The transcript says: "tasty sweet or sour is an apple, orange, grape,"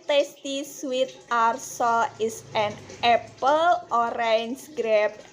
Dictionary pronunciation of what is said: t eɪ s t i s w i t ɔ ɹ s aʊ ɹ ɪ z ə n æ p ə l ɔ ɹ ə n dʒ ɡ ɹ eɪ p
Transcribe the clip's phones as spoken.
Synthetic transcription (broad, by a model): t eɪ s t i s w i t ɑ ɹ s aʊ l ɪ s ə n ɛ p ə l ɔ ɹ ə n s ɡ ɹ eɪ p